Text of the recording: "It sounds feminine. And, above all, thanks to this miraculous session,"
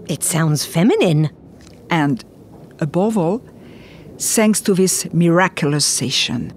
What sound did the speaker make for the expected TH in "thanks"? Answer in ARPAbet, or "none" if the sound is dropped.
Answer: S